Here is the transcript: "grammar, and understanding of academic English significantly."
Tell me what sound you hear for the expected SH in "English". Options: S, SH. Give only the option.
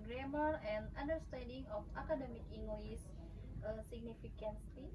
S